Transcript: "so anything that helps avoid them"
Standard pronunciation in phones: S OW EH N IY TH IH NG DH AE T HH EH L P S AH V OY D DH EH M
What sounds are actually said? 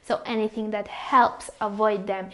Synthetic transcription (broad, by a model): S OW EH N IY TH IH NG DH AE T HH EH L P S AH V OY D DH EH M